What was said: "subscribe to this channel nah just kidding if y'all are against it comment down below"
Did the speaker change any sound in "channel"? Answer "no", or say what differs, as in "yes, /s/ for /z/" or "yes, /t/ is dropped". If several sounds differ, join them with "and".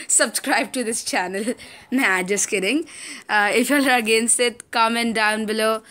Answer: no